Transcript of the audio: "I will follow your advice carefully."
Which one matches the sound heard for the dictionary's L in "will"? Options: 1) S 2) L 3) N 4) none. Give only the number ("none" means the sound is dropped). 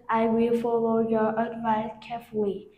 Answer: 2